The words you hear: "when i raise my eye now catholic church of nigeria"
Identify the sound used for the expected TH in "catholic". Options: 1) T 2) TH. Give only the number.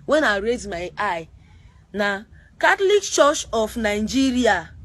1